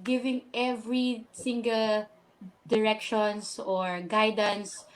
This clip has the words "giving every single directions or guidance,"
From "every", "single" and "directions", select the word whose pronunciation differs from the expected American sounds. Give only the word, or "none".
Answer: directions